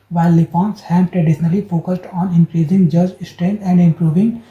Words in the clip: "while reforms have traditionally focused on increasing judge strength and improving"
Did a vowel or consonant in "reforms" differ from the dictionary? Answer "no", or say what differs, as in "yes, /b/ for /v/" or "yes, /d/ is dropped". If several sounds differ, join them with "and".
yes, /p/ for /f/